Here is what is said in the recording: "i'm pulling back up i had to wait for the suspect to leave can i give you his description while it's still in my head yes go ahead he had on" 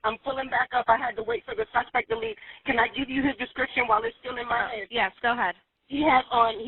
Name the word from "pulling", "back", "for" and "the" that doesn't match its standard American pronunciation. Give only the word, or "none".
pulling